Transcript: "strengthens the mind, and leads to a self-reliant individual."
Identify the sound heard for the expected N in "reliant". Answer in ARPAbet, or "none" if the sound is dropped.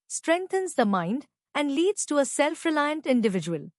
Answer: N